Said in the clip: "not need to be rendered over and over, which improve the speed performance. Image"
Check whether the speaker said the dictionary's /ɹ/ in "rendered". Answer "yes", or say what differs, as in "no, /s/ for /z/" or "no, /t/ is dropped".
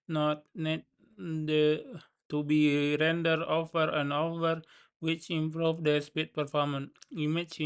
yes